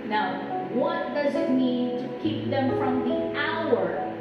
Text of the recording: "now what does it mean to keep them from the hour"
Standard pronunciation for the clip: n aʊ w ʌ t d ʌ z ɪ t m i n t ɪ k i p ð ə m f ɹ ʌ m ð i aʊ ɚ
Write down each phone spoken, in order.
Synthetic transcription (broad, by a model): n aʊ w ʌ t d ʌ z ɪ t m i n t ɪ k i p ð ə m f ɹ ʌ m ð i aʊ ɚ